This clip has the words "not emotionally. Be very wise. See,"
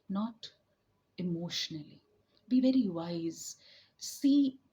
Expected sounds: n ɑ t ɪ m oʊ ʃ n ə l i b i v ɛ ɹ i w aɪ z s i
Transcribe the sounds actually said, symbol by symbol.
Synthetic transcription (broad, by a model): n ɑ t ɪ m oʊ ʃ n ə l i b i v ɛ ɹ i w aɪ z s i